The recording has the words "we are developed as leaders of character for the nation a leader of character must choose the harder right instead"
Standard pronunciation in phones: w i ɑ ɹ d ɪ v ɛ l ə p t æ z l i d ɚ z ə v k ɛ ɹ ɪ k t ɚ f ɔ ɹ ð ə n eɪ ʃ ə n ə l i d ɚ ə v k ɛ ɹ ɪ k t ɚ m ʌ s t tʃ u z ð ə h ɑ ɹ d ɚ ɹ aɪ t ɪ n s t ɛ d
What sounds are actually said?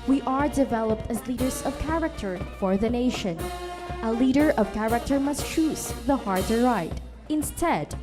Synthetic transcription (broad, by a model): w i ɑ ɹ d ɪ v ɛ l ə p t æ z l i d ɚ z ə v k ɛ ɹ ɪ k t ɚ f ɔ ɹ ð ə n eɪ ʃ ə n ə l i d ɚ ə v k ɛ ɹ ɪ k t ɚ m ʌ s t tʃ u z ð ə h ɑ ɹ d ɚ ɹ aɪ t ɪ n s t ɛ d